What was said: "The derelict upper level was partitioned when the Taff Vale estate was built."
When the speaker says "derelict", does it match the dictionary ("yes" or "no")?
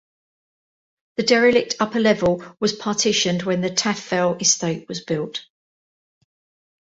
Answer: yes